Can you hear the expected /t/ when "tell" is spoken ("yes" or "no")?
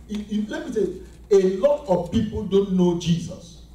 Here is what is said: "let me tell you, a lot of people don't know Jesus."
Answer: no